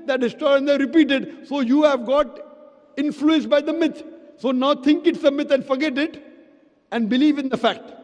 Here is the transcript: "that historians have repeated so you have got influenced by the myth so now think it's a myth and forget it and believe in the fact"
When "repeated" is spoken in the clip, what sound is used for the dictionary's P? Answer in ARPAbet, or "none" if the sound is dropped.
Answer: P